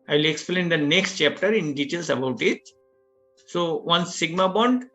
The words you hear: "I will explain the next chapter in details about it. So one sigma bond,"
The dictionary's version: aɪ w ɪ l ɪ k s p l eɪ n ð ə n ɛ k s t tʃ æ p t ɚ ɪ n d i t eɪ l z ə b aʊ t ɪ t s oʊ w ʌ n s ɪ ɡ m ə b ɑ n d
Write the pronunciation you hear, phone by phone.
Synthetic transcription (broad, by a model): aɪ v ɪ l ɪ k s p l eɪ n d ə n ɛ k s t tʃ æ p t ɚ ɪ n d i t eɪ l s ə b aʊ t ɪ t s oʊ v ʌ n s ɪ ɡ m ə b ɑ n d